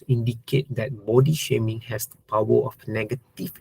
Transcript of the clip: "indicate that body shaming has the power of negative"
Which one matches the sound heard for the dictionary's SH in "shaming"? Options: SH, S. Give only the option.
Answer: SH